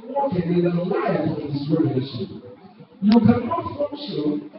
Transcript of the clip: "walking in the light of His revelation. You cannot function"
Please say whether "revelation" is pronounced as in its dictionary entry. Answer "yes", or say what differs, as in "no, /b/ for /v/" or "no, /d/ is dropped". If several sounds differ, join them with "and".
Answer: no, /n/ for /l/